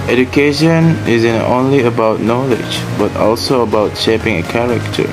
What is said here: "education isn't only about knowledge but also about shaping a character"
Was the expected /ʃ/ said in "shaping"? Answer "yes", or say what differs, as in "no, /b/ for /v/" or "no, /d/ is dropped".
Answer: yes